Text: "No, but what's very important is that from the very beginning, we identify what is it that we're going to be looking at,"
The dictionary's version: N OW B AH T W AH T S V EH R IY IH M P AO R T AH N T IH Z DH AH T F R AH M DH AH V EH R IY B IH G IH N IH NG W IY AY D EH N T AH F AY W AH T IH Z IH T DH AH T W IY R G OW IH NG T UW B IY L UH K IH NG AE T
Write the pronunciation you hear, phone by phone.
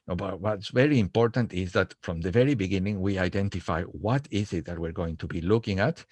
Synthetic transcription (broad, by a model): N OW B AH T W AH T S V EH R IY IH M P AO R T AH N T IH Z DH AH T F R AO M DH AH V EH R IY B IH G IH N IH NG W IY AY D EH N T AH F AY W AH T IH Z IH T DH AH T W IY R G OW IH NG T UW B IY L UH K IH NG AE T